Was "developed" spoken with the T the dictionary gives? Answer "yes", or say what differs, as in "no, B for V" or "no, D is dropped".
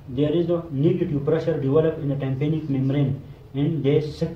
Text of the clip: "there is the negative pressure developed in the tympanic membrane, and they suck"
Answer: no, T is dropped